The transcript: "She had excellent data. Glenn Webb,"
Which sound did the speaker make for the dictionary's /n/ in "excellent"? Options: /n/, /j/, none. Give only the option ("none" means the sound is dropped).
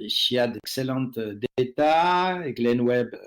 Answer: none